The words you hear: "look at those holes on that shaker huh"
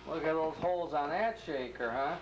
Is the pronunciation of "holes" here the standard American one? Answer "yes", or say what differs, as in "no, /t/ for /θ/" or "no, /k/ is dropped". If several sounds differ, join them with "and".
yes